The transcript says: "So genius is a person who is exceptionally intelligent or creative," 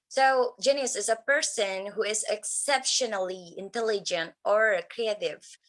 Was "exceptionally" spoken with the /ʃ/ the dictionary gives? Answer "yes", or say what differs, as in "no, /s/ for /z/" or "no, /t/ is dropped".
yes